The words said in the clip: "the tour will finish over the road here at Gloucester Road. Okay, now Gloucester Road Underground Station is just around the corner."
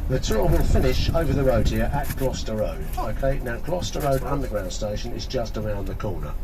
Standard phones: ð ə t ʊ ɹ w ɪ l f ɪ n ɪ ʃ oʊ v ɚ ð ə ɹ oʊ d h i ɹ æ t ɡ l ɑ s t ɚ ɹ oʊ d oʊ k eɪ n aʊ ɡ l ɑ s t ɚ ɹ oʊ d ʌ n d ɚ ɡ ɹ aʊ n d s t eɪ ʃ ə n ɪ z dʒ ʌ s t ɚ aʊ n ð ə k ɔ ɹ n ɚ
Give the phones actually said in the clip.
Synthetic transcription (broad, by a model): ð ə t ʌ l w ɪ l f ɪ n ɪ ʃ oʊ v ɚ ð ə ɹ oʊ d h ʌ ɹ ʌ t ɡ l ɑ s t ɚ ɹ oʊ d oʊ k eɪ n aʊ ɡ l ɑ s t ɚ ɹ oʊ d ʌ n d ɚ ɡ ɹ aʊ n s t eɪ ʃ ə n ɪ z dʒ ʌ s t ɚ aʊ n ð ə k ɔ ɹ n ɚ